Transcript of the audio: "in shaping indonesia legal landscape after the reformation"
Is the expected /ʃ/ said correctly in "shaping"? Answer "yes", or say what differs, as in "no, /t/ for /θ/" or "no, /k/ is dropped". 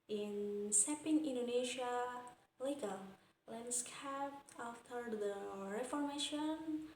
no, /s/ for /ʃ/